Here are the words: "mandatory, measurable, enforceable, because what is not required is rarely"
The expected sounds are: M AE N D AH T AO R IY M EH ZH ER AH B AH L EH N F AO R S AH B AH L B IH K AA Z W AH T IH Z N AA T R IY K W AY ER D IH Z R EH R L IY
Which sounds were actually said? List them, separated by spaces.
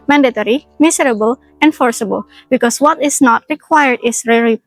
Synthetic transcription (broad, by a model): M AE N D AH T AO R IY M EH S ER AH B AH L EH N F AO R S AH B AH L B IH K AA S W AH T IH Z N AA T R IY K W AY ER D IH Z R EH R L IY